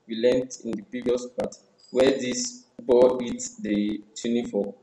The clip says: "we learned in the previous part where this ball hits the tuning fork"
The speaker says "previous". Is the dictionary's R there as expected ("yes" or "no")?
yes